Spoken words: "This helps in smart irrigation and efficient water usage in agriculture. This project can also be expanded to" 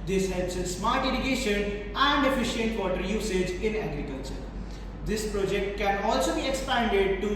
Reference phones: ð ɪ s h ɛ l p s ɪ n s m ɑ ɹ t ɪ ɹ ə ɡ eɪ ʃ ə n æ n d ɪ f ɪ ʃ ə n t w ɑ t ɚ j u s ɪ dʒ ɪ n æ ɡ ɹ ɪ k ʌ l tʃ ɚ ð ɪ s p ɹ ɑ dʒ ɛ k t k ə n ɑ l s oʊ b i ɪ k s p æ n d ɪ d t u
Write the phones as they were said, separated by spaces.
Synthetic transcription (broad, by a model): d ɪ s h ɛ l p s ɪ s m ɑ ɹ t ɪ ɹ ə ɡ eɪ ʃ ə n æ n d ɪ f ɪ ʃ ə n t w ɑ t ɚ j u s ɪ dʒ ɪ n æ ɡ ɹ ɪ k ʌ l tʃ ɚ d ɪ s p ɹ ɑ dʒ ɛ k t k ə n ɑ l s oʊ b i ɪ k s p æ n d ɪ d t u